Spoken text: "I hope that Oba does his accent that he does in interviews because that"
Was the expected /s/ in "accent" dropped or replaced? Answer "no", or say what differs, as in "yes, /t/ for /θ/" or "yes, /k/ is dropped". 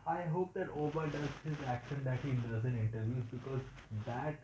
yes, /ʃ/ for /s/